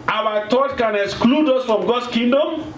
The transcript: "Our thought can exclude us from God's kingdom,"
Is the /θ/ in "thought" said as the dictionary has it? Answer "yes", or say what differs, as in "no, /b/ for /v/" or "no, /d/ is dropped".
no, /t/ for /θ/